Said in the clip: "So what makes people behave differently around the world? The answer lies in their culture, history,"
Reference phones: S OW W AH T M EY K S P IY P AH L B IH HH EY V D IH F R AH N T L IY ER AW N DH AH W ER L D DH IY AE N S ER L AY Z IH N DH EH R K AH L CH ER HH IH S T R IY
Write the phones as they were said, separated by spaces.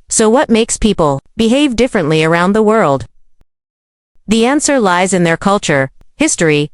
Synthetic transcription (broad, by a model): S OW W AH T M EY K S P IY P AH L B IH HH EY V D IH F R AH N T L IY ER AW N DH AH W ER L D DH IY AE N S ER L AY Z IH N DH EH R K AH L CH ER HH IH S T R IY